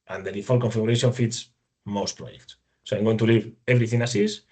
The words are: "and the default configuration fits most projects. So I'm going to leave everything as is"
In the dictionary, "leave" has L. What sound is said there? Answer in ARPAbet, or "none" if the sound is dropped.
L